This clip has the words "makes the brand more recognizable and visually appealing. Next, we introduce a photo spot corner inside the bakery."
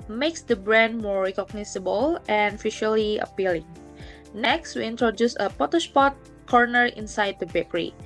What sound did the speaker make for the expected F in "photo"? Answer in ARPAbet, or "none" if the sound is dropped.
P